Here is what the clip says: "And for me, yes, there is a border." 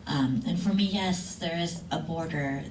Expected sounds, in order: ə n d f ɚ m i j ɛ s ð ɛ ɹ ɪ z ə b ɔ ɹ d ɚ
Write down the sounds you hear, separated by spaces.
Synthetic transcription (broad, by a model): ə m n f ɚ m i j ɛ s ð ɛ ɹ ɪ z ə b ɔ ɹ d ɚ